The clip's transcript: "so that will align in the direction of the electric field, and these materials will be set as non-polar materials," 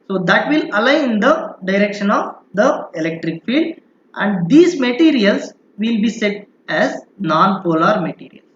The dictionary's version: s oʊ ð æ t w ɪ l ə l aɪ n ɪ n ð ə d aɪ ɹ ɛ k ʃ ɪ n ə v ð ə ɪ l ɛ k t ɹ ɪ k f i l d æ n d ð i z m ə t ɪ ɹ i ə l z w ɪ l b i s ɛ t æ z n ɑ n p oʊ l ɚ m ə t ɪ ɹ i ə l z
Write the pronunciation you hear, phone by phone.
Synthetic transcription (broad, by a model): s oʊ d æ t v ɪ l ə l aɪ ɪ n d ə d aɪ ɹ ɛ k ʃ ɪ n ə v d ə ɪ l ɛ k t ɹ ɪ k f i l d æ n d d i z m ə t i ɹ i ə l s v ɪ l b i s ɛ t æ z n ɑ n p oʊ l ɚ m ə t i ɹ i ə l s